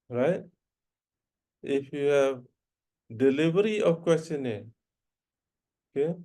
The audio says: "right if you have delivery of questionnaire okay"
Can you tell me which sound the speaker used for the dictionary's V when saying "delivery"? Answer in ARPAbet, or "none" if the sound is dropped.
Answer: B